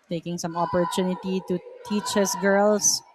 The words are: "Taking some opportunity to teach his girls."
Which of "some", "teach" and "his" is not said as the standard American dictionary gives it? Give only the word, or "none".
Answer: his